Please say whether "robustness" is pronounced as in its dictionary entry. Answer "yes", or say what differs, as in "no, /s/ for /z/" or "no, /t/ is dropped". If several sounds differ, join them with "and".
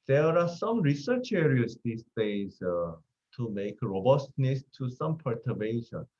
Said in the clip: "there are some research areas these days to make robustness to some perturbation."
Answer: yes